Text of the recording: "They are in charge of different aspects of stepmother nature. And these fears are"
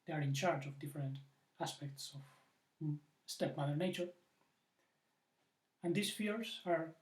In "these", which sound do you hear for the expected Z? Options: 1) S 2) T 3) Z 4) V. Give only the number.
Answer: 1